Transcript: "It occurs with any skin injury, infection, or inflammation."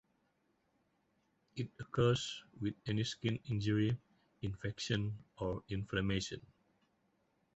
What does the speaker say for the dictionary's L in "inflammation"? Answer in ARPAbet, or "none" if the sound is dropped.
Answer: none